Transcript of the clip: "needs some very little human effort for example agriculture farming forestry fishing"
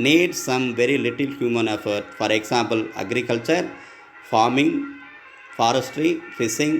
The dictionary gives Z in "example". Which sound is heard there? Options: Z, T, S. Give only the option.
S